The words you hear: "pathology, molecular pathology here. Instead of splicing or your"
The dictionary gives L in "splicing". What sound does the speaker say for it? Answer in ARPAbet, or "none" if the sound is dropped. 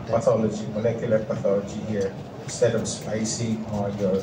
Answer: none